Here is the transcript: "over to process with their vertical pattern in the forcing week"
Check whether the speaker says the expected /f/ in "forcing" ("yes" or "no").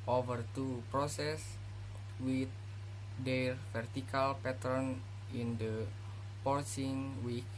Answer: no